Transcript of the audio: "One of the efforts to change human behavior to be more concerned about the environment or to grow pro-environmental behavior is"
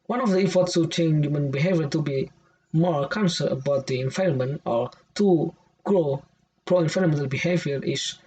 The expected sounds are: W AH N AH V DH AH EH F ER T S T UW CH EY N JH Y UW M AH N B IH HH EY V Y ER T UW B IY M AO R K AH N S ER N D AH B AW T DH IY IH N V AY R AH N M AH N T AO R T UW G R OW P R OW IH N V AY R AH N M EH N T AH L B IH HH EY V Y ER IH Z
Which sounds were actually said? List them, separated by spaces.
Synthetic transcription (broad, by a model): W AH N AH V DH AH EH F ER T S T UW CH EY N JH Y UW M AH N B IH HH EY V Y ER T UW B IY M AO R K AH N S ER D AH B AW T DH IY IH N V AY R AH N M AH N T AO R T UW G R OW P R OW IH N F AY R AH M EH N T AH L B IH HH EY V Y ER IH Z